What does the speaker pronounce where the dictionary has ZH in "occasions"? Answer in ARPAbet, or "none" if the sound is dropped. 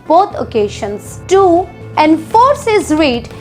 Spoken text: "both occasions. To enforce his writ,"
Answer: SH